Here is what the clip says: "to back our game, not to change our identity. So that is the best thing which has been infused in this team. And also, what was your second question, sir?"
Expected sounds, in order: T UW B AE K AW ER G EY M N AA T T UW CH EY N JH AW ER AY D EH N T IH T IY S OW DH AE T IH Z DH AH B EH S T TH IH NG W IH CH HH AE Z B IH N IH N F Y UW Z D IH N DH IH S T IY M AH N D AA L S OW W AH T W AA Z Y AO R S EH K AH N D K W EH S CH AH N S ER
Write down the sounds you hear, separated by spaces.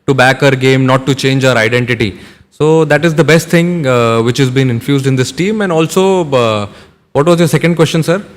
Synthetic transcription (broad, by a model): T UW B AE K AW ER G EY M N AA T T UW CH EY N JH AW ER AY D EH N T IH T IY S OW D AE T IH Z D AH B EH S T T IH NG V IH CH HH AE Z B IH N IH N F Y UW Z D IH N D IH S T IY M AH N D AA L S OW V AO T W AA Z Y AO R S EH K AH N D K W EH S CH AH N S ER